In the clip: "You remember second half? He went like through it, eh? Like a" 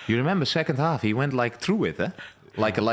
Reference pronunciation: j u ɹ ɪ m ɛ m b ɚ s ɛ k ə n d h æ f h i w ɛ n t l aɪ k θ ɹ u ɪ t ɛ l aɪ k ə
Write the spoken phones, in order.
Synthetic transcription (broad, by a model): j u ɹ ɪ m ɛ m b ɚ s ɛ k ə n d h æ f h i w ɛ n t l aɪ k θ ɹ u ɪ t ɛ l aɪ k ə